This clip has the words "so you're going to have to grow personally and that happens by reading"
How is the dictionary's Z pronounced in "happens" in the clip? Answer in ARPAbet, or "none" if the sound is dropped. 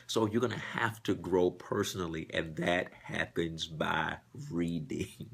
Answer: Z